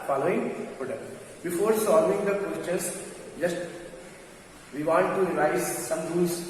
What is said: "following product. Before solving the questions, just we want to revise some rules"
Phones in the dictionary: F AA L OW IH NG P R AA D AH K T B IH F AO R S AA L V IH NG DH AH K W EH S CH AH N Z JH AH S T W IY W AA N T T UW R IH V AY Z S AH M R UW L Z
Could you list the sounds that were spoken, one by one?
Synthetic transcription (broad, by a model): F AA L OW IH NG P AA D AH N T B IH F AO R S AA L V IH NG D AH K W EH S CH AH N S JH AH S T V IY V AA T T UW R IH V AY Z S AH M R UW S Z